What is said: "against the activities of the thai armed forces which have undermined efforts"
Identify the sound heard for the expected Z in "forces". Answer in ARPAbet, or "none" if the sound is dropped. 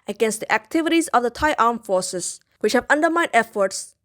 S